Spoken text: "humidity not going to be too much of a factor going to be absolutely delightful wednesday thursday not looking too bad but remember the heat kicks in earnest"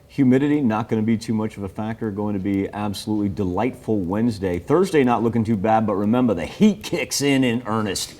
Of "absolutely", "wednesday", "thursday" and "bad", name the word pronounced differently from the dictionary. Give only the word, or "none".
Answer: none